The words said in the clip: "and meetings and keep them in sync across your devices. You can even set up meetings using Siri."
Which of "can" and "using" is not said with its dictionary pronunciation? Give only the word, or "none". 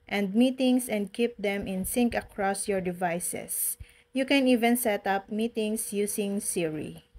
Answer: using